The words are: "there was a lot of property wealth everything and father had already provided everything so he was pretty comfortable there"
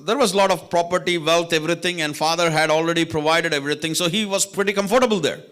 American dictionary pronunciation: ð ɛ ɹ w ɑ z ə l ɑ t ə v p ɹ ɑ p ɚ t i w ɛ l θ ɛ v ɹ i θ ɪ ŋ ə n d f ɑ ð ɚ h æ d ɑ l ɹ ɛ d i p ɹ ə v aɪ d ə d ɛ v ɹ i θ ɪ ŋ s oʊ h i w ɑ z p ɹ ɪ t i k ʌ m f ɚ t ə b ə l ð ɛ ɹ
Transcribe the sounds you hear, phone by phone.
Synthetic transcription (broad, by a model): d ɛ ɹ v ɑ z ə l ɑ t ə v p ɹ ɑ p ɚ t i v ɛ l t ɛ v ɹ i t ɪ ŋ ə n d f ɑ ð ɚ h æ d ɑ l ɹ ɛ d i p ɹ ə v aɪ d ə d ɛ v ɹ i t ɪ ŋ s oʊ h i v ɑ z p ɹ ɪ t i k ʌ m f ɚ t ə b ə l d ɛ ɹ